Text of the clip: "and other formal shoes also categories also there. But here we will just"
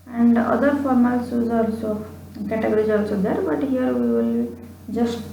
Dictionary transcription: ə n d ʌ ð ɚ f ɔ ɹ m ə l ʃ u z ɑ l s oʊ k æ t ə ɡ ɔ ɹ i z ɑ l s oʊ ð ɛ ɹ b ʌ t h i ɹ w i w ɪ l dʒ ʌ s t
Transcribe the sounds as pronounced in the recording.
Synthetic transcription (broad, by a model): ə n d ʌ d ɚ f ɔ ɹ m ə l s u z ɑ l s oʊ k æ t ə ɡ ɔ ɹ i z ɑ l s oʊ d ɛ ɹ b ʌ t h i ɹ w i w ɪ l dʒ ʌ s t